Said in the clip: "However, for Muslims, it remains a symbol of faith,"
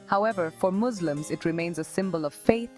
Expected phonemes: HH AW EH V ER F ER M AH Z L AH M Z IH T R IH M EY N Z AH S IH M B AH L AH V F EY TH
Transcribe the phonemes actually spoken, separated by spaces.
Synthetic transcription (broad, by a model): HH AW EH V ER F ER M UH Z L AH M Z IH T R IH M EY N Z AH S IH M B AH L AH V F EY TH